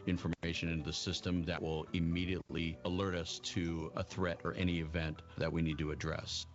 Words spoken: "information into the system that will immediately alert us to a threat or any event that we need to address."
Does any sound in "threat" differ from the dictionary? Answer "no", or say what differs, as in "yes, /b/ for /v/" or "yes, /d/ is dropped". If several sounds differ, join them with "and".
no